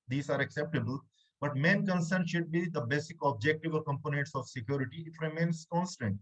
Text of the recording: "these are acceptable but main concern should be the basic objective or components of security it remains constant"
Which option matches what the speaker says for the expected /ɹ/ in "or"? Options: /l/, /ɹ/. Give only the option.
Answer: /l/